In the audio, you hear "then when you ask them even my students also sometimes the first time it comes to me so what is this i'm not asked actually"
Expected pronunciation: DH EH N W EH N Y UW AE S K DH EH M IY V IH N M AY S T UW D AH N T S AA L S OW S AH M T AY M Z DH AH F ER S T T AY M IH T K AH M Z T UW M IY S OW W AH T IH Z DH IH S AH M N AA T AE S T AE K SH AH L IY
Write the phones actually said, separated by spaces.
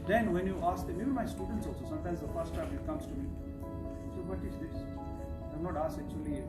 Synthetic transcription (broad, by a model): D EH N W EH N Y UW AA S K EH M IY B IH M AY S T UW D AH N T S AA L S OW S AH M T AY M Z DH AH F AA S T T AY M IH T K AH M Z T UW M IY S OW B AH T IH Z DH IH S AH M N AA T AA S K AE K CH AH L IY